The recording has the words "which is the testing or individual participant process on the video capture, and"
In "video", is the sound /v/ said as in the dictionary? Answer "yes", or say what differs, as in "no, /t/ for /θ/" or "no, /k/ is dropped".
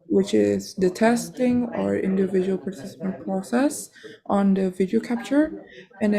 yes